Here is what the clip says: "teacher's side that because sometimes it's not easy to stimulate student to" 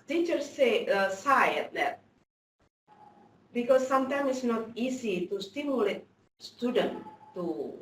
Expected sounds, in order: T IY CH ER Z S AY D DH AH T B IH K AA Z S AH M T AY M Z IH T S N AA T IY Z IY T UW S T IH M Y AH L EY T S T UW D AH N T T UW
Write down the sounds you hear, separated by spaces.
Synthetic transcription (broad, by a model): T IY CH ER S S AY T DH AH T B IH K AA S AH M T AY M IH T S N AA T IY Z IY T UW S T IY M Y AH L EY T S T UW D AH N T T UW